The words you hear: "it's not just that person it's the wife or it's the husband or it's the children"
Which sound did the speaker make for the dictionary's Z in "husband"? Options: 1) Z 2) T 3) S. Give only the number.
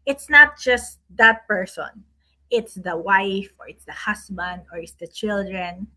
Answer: 3